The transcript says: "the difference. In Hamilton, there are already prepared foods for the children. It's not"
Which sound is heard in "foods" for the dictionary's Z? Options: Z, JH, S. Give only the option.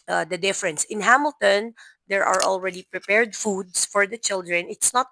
S